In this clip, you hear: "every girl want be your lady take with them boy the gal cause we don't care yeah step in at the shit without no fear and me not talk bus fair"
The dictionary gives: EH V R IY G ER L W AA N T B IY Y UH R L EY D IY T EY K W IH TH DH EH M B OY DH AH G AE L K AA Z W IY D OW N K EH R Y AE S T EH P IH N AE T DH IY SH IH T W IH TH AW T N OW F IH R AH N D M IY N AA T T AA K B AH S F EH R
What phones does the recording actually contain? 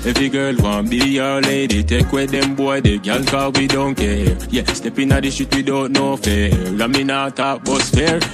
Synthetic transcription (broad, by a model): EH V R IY G ER L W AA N B IY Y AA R L EY D IY T EY K W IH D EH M B OY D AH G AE L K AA W IY D OW N K EH R Y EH S T EH P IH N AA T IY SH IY T W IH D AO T N OW F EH L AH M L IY N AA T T AA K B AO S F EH R